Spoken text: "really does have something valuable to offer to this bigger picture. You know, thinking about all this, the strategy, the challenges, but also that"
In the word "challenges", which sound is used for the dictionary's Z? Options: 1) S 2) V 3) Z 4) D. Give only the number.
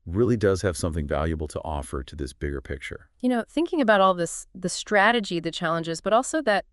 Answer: 3